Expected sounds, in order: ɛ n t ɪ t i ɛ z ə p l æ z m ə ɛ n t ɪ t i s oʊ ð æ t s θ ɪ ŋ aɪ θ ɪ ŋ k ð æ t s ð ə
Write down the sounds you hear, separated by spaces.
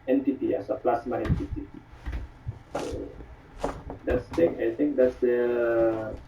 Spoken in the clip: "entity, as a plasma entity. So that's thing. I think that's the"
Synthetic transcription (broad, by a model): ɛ n t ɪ t i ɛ s ə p l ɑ s m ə ɛ n t ɪ t i s oʊ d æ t s t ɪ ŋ aɪ t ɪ ŋ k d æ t s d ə